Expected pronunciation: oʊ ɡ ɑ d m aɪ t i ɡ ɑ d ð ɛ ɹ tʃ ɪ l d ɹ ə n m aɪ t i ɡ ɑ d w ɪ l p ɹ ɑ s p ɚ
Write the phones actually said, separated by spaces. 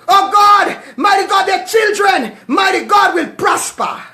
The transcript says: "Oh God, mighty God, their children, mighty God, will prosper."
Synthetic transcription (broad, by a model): oʊ ɡ ɑ d m aɪ t i ɡ ɑ d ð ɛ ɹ tʃ ɪ l d ɹ ə n m aɪ t i ɡ ɑ d w ɪ l p ɹ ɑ s p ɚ